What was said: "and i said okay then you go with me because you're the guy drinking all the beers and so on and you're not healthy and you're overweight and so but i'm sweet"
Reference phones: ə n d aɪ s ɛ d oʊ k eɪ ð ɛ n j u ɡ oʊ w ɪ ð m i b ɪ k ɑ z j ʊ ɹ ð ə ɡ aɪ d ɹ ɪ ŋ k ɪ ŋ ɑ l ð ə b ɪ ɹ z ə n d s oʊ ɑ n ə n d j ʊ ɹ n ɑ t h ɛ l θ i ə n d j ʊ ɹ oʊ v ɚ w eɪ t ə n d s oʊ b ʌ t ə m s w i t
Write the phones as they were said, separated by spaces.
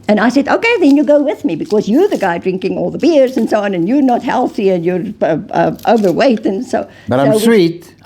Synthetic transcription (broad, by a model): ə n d aɪ s ɛ d oʊ k eɪ ð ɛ n j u ɡ oʊ w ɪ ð m i b ɪ k ɑ z j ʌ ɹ ð ə ɡ aɪ d ɹ ɪ ŋ k ɪ ŋ ɑ l ð ə b ɪ ɹ z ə n s oʊ ɑ n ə n j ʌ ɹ n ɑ t h ɛ l θ i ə n j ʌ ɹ oʊ v ɚ w eɪ t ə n s oʊ b ʌ t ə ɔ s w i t